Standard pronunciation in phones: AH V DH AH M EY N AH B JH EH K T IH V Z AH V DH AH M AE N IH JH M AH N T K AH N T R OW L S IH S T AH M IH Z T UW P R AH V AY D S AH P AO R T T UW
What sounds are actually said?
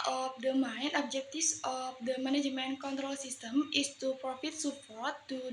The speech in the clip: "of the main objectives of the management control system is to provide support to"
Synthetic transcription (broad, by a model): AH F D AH M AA N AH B JH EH K T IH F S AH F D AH M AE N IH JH M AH N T K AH N T R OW L S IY S T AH M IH S T UW P R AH F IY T S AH P AO R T T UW